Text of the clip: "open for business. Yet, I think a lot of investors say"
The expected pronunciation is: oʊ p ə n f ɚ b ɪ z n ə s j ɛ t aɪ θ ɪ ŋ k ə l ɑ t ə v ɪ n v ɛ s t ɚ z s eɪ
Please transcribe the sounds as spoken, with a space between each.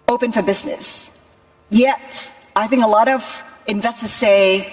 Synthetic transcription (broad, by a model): oʊ p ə n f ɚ b ɪ z n ə s j ɛ t aɪ θ ɪ ŋ k ə l ɑ t ə v ɪ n v ɛ s t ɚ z s eɪ